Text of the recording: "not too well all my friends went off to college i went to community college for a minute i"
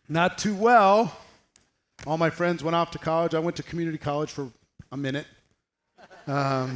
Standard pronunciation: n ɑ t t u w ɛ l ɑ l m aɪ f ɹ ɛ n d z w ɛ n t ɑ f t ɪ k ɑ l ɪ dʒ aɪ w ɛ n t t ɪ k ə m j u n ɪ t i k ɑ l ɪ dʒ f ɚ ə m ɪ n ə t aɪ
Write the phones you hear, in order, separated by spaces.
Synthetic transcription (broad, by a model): n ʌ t t u w ɛ l ɑ l m aɪ f ɹ ɛ n d z w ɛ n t ɑ f t ɪ k ɑ l ɪ dʒ aɪ w ɛ n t t ɪ k m j u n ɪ t i k ɑ l ɪ dʒ f ɚ ə m ɪ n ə t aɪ